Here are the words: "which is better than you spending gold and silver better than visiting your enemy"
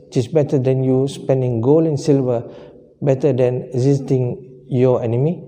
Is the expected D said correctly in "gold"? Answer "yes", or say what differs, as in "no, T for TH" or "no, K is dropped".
no, D is dropped